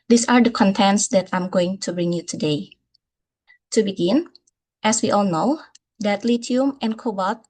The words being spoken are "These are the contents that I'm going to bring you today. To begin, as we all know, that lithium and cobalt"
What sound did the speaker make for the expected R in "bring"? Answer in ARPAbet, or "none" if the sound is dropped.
R